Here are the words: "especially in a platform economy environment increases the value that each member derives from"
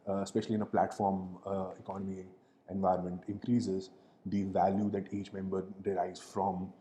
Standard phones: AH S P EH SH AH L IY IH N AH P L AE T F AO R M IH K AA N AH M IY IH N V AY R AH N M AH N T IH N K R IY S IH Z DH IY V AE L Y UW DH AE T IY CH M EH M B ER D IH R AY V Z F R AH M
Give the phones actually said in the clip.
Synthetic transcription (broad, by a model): S P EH SH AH L IY IH N AH P L AE T F AO R M IH K AA N AH M IY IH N V AY AH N M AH N T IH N K R IY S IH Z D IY V AE L Y UW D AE T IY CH M EH M B ER D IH R AY Z F R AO M